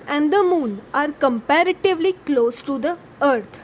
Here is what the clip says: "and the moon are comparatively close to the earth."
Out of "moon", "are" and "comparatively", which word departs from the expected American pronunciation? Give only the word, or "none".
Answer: none